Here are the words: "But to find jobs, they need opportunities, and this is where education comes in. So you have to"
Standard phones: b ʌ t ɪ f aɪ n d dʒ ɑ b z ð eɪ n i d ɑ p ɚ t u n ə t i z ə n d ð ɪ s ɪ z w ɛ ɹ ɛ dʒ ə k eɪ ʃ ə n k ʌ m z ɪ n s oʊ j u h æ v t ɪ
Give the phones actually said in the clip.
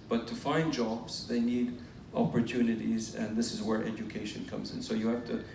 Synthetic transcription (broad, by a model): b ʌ t ɪ f aɪ n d dʒ ɑ b z ð eɪ n i d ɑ p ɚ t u n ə t i z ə n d ð ɪ s ɪ z w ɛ ɹ ɛ dʒ ə k eɪ ʃ ə n k ʌ m z ɪ n s oʊ j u h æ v t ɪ